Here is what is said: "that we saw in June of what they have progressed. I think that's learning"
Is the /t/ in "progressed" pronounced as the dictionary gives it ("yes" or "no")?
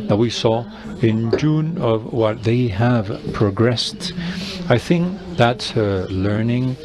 yes